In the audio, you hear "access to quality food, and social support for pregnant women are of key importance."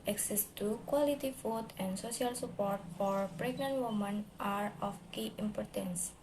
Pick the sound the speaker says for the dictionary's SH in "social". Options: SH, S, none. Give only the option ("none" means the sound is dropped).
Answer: S